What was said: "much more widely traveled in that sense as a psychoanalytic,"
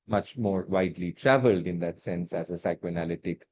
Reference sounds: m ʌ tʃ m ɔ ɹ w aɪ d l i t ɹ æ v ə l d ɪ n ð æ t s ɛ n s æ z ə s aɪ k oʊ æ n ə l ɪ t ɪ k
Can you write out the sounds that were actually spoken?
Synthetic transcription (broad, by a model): m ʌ tʃ m ɔ ɹ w aɪ d l i t ɹ æ v ə l d ɪ n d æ t s ɛ n s æ z ə s aɪ k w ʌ n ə l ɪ t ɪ k